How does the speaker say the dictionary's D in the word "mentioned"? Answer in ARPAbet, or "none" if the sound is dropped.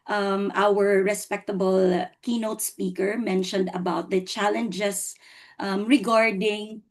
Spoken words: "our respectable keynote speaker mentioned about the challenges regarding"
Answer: D